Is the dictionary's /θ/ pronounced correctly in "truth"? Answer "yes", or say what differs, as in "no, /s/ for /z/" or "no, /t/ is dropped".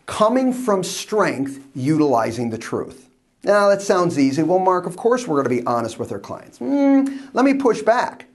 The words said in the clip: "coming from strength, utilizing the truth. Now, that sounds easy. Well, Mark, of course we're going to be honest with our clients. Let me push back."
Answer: yes